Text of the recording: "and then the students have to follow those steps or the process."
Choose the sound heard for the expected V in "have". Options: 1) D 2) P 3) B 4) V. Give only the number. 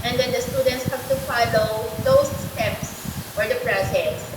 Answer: 2